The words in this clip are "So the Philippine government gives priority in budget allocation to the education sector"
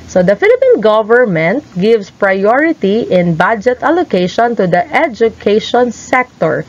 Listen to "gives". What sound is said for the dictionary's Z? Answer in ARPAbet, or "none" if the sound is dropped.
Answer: S